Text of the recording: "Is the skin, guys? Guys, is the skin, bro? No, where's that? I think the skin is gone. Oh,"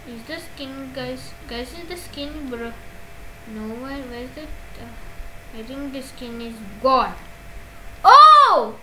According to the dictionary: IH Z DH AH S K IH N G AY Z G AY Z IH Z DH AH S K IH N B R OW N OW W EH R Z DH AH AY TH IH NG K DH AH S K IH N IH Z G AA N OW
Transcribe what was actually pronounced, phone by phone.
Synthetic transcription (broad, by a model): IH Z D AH S K IH N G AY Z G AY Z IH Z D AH S K IH N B R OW N OW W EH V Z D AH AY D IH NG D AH S K IH N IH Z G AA L OW